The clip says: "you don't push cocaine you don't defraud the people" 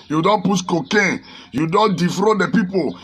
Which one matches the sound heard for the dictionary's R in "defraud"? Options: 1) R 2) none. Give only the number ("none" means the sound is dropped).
1